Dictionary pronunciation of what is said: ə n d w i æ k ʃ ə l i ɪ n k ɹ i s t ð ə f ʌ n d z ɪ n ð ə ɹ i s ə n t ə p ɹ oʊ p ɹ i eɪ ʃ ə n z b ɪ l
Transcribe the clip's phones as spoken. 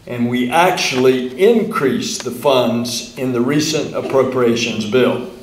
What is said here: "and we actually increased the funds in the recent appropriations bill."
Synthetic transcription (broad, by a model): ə n w i æ k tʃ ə l i ɪ n k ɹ i s ð ə f ʌ n d z ɪ n ð ə ɹ i s ə n t ə p ɹ oʊ p ɹ i eɪ ʃ ə n z b ɪ l